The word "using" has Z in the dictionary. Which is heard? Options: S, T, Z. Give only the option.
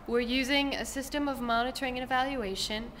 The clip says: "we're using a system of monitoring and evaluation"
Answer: Z